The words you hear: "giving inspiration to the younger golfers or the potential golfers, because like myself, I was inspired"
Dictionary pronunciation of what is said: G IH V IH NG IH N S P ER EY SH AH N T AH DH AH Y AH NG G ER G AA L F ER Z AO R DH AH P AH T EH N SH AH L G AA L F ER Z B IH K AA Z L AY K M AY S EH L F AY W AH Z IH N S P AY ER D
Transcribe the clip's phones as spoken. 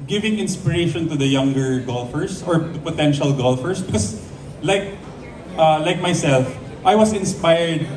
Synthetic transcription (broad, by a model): G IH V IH NG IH N S P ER EY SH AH N T AH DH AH Y AH NG G ER G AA L F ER S AO R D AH P AH T EH N SH AH L G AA L F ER S B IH K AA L L AY K M AY S EH L F AY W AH S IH N S P AY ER D